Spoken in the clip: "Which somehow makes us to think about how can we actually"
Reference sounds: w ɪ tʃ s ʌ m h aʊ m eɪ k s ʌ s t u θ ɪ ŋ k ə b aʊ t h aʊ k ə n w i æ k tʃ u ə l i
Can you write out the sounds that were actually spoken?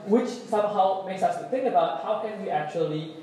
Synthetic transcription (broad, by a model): w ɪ tʃ s ʌ m h aʊ m eɪ k s ʌ s t u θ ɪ ŋ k ə b aʊ t h aʊ k ə n w i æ k tʃ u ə l i